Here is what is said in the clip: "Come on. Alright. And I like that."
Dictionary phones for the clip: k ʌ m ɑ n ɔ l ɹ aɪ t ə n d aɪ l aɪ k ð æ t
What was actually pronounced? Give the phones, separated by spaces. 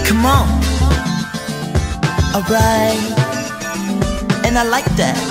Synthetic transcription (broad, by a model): k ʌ m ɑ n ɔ ɹ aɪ ə n aɪ l aɪ k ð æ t